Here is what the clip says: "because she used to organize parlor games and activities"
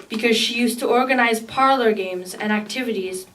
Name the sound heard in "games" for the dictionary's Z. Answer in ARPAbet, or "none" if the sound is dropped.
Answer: Z